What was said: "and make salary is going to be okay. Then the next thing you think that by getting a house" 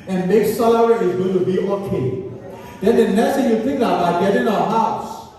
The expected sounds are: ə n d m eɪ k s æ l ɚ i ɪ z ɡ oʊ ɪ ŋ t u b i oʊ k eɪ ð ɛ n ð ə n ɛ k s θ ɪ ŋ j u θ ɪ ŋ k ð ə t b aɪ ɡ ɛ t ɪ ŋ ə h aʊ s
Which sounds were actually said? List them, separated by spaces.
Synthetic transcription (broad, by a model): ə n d m eɪ k s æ l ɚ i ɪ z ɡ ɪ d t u b i oʊ k eɪ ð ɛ n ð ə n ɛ s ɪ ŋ j u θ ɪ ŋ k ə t b aɪ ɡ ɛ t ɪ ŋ ə h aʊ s